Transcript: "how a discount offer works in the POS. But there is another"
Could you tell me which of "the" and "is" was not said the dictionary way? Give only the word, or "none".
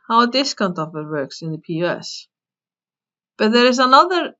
none